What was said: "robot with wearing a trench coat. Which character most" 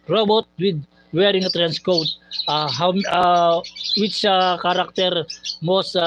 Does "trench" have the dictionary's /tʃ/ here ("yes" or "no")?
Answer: no